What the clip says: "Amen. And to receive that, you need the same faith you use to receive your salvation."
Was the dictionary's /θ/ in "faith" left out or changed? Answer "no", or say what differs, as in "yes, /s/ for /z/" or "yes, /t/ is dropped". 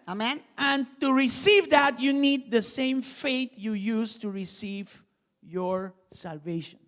yes, /t/ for /θ/